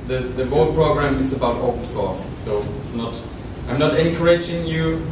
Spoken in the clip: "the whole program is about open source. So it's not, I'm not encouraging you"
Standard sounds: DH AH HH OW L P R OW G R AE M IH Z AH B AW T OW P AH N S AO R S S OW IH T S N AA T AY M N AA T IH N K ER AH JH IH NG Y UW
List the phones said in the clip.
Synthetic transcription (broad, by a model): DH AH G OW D P R OW G R AE M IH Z AH B AW T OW AH S AO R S S OW IH T S N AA T AY M N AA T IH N K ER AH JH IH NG Y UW